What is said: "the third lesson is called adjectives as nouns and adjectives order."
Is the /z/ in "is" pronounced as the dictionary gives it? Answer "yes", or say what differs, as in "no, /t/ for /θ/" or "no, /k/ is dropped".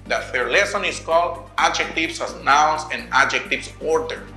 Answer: no, /s/ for /z/